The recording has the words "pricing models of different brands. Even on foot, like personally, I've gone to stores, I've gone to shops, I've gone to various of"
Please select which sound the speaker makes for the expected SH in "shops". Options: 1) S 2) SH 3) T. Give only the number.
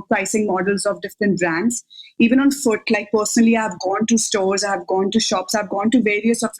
2